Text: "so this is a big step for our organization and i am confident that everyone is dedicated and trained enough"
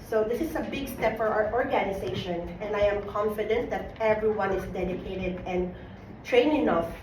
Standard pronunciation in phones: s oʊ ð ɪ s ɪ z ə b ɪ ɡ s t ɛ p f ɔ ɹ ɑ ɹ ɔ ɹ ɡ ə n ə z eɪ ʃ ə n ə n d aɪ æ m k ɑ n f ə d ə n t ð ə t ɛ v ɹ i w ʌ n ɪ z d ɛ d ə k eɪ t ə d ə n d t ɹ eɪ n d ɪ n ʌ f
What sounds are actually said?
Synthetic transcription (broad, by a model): s oʊ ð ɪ s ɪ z ə b ɪ ɡ s t ɛ p f ɔ ɹ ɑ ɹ ɔ ɹ ɡ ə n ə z eɪ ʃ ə n ə n d aɪ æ m k ɑ n f ə d ə n t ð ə t ɛ v ɹ i w ʌ n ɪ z d ɛ d ə k eɪ t ə d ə n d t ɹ eɪ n ɪ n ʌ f